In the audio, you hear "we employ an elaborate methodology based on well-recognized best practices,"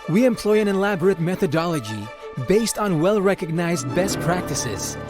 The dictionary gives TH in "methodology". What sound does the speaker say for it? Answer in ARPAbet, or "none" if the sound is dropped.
TH